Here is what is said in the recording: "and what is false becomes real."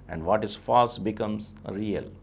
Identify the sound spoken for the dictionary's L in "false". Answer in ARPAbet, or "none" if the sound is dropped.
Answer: none